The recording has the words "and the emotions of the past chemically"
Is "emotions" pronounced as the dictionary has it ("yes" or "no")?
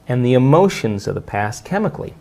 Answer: yes